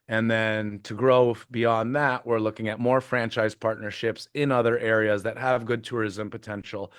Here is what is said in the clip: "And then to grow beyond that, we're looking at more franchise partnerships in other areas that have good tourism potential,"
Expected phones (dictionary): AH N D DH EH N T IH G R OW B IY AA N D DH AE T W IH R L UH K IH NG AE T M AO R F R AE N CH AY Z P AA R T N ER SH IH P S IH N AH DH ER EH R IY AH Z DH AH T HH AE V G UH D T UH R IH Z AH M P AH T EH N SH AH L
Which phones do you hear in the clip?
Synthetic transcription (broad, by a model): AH N DH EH N T IH G R OW B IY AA N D DH AE T W IH R L UH K IH NG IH T M AO R F R AE N CH AY Z P AA R T N ER SH IH P S IH N AH DH ER EH R IY AH Z DH AH T HH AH V G UH D T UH R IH Z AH M P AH T EH N SH L